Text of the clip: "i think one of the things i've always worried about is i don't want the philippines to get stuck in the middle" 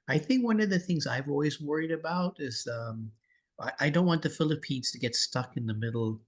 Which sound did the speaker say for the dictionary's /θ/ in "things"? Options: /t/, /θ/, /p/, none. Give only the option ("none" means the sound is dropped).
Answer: /θ/